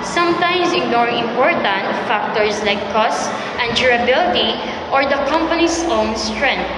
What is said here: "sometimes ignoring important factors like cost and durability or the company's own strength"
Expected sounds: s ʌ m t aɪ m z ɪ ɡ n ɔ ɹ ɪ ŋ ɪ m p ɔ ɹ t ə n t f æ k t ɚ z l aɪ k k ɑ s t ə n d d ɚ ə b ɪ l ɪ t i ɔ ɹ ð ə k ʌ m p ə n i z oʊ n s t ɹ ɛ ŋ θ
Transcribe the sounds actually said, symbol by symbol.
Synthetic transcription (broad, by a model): s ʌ m t aɪ m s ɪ ɡ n ɔ ɹ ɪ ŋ ɪ m p ɔ ɹ t ə n t f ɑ k t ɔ s l aɪ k k ɑ s t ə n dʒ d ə b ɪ l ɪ t i ɔ ɹ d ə k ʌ m p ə n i s oʊ n s t ɹ ɛ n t